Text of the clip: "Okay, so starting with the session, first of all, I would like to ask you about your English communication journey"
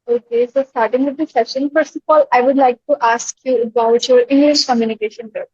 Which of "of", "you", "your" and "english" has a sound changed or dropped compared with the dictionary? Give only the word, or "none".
of